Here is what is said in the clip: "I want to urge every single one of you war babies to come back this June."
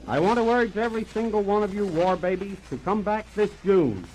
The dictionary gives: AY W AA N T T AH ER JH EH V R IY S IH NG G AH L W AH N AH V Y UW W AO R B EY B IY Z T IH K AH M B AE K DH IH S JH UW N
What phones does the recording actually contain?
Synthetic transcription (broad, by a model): AY W AA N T T AH ER JH EH V R IY S IH NG G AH L W AH N AH V Y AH W AO R B EY B IY Z T IH K AH M B AE K DH IH S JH UW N